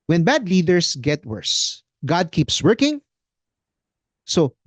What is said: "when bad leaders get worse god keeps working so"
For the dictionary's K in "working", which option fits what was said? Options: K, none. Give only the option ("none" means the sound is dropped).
K